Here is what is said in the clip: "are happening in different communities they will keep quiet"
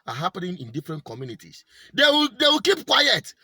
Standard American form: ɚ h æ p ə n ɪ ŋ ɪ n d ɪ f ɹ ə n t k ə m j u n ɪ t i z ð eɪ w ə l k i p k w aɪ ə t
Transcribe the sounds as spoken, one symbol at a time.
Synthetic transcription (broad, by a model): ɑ h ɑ p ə n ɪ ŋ ɪ n d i f ɹ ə n t k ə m j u n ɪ t i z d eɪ w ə w k i p k w aɪ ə t